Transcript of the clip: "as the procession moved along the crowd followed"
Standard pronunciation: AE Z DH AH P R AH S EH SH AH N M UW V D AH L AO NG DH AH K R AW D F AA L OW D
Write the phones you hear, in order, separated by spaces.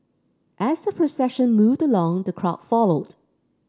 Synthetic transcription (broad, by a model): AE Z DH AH P R AH S EH SH AH N M UW V D AH L AO NG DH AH K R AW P F AA L OW D